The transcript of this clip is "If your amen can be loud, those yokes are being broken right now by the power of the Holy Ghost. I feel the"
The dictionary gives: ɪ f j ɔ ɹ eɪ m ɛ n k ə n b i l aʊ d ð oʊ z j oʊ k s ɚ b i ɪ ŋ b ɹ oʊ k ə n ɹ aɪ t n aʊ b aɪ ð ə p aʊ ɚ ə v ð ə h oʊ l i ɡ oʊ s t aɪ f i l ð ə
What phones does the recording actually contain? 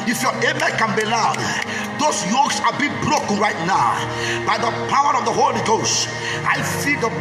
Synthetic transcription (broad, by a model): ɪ f j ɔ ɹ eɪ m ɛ k ə n b i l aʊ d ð oʊ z j oʊ k s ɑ b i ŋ b ɹ oʊ k ə n ɹ aɪ t n aʊ b aɪ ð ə p aʊ ɚ ə v ð ə h oʊ l i ɡ oʊ s t aɪ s i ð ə